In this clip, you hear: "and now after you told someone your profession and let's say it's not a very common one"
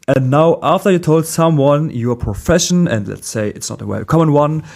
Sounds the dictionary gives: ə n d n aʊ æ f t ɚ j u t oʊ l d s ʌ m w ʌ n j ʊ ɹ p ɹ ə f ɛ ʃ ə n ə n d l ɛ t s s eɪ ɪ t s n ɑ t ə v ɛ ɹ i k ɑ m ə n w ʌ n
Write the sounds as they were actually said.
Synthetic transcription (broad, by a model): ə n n aʊ æ f t ɚ j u t oʊ l d s ʌ m w ʌ n j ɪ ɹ p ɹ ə f ɛ ʃ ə n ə n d l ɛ t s s eɪ ɪ t s n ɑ t ə w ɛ i k ɑ m ə n w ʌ n